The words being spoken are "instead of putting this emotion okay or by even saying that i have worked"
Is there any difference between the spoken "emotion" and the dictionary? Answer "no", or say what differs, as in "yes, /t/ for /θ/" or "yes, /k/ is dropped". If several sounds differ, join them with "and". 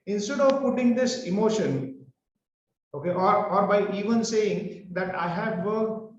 no